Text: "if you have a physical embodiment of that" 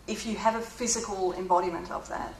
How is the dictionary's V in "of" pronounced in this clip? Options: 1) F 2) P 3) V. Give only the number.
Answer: 3